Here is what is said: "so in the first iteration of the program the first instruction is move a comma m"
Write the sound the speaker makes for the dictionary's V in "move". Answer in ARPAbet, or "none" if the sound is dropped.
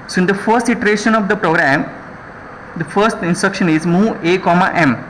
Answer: none